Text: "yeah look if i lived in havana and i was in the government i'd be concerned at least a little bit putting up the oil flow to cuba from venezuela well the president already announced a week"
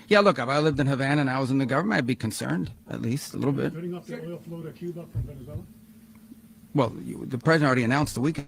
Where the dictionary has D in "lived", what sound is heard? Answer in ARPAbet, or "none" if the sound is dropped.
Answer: D